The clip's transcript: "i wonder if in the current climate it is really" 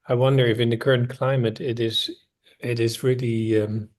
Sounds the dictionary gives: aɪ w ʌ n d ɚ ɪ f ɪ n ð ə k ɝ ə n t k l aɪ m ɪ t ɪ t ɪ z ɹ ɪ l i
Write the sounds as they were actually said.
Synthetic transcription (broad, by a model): aɪ w ʌ n d ɚ ɪ f ɪ n ð ə k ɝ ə n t k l aɪ m ɪ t ɪ t ɪ z ɹ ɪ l i